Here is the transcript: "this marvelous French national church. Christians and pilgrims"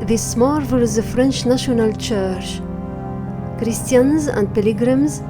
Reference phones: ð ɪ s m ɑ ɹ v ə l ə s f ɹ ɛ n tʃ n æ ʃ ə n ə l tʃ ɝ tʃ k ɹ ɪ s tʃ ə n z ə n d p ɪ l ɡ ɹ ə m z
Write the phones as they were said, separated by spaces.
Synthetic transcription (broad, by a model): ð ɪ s m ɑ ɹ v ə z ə f ɹ ɛ n tʃ n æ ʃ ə n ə l tʃ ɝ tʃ k ɹ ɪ s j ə n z ə n d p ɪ l ɡ ɹ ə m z